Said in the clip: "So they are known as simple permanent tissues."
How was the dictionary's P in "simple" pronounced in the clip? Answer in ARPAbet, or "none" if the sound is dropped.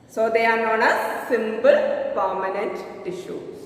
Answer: B